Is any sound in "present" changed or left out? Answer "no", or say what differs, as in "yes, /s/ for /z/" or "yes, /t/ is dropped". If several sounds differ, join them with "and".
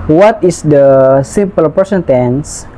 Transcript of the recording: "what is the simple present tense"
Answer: yes, /ɹ/ is dropped and /s/ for /z/